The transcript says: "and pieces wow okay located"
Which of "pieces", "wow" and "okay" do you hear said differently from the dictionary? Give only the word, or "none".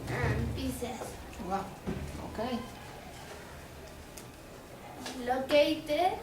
pieces